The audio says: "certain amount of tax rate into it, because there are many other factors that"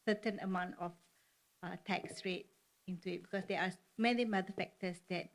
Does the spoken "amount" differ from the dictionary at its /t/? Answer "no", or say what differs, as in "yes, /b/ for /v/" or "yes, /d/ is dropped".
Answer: no